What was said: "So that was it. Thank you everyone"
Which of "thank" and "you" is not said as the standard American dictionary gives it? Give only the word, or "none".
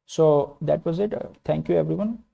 thank